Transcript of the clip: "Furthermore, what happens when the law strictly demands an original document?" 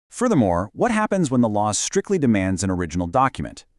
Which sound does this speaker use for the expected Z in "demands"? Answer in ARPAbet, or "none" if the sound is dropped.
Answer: Z